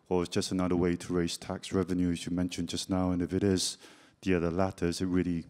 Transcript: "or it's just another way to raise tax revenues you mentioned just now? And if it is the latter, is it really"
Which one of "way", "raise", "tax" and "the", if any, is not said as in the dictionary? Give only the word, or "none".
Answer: none